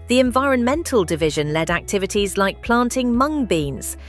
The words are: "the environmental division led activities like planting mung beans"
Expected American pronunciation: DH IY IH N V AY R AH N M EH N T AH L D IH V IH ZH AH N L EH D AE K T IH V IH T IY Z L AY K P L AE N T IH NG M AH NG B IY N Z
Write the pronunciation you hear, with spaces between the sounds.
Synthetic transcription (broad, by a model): DH IY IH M V AY R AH N M EH N T AH L D IH V IH ZH AH N L EH D AE K T IH V IH T IY Z L AY K P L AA N T IH NG M AH NG B IY N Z